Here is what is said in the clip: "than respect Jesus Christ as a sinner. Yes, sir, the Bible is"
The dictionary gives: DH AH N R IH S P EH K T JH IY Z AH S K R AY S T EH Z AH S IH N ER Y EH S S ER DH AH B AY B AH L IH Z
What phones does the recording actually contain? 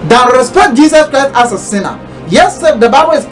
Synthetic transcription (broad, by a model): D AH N R IH S P EH K T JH IY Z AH S K R AY S T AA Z AH S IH N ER Y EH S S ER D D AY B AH W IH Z